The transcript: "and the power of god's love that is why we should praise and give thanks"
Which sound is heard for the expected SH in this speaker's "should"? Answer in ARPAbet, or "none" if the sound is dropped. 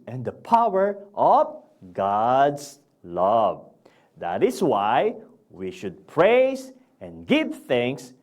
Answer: SH